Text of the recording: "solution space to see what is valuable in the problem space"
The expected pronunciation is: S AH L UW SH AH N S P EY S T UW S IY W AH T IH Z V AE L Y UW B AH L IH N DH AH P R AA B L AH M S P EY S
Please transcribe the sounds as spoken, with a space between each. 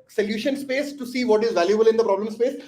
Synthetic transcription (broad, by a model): S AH L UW SH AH N S P EY S T UW S IY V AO T IH Z V AE L Y UW B AH L IH N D AH P R AA B L AH M S P EY S